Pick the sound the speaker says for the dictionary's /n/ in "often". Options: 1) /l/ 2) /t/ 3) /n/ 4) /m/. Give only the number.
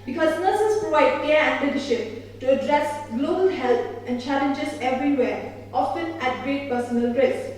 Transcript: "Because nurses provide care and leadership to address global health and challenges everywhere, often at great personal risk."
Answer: 3